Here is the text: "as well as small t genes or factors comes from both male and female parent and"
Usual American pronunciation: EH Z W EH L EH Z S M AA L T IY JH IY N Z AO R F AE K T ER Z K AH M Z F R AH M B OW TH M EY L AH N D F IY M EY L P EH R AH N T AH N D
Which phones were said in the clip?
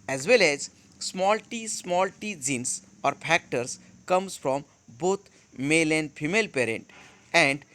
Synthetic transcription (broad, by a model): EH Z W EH L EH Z S M AA L T IY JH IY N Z AO R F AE K T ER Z K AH M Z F R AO M B OW T M EY L AH N D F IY M EY L P EH R AH N T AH N D